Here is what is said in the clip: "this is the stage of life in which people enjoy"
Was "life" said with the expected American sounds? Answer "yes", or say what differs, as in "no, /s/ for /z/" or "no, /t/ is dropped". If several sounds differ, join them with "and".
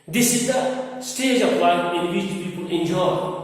no, /f/ is dropped